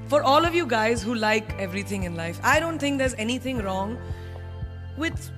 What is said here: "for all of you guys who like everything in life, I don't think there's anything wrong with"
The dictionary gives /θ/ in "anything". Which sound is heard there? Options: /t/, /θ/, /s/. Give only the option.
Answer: /t/